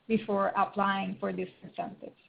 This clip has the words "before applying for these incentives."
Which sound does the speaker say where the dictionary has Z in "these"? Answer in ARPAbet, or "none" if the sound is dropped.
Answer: S